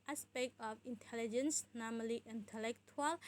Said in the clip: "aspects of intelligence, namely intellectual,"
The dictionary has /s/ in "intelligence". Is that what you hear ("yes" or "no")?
yes